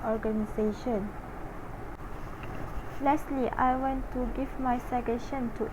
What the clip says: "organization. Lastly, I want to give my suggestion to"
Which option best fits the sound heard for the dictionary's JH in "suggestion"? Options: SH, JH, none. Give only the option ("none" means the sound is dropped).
none